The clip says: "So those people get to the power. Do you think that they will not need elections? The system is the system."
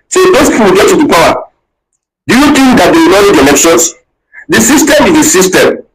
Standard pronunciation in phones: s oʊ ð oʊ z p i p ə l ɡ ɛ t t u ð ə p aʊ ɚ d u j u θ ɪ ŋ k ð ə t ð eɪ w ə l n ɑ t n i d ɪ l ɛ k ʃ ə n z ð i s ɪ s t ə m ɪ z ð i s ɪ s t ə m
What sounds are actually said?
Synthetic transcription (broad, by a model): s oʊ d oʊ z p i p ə w ɡ ɛ t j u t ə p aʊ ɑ d u j u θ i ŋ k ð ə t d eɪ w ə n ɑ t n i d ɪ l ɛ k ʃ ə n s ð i s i s t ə m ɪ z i s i s t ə m